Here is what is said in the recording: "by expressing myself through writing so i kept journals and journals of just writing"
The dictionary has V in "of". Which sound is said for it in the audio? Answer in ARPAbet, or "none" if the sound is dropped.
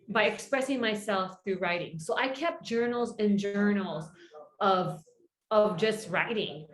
V